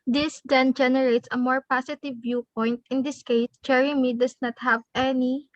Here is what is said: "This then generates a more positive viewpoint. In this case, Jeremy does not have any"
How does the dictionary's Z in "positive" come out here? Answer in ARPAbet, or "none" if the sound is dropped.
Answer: S